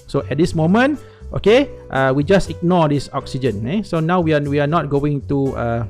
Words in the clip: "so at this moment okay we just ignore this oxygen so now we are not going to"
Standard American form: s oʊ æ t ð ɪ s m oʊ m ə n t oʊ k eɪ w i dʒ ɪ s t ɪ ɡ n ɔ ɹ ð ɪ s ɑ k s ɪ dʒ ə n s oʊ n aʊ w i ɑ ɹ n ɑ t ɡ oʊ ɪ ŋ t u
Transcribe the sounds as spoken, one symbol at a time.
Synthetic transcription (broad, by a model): s oʊ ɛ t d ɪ s m oʊ m ə n t oʊ k eɪ w i dʒ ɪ s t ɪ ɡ n ɔ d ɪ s ɑ k s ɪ dʒ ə n s oʊ n aʊ w i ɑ w n ɑ t ɡ oʊ ɪ ŋ t u